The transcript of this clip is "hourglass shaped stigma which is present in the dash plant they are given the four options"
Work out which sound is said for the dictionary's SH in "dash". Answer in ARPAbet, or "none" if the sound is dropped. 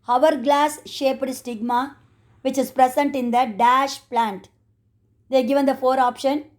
SH